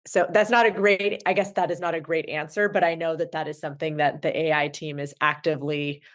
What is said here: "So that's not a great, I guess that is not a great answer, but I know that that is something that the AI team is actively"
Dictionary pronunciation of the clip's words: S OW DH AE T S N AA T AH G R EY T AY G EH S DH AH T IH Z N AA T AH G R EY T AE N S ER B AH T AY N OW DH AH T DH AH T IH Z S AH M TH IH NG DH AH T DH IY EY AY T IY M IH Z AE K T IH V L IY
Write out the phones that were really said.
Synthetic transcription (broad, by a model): S OW DH AE T S N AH T AH G R EY T AY G EH S DH AH T IH Z N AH T AH G R EY T AE N S ER B AH T AY N OW DH AH T DH AH T IH Z S AH M TH IH NG DH AH T DH IY EY AY T IY M IH Z AE K T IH V L IY